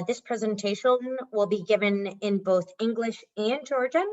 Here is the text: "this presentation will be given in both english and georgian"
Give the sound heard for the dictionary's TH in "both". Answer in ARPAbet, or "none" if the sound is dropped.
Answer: TH